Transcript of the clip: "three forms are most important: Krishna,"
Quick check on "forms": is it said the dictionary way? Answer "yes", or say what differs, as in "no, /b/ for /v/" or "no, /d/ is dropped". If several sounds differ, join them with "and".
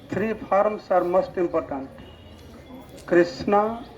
no, /p/ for /f/ and /s/ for /z/